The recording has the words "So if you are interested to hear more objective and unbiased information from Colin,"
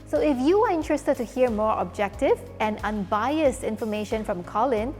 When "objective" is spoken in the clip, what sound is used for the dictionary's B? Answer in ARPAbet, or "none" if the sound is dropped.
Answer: B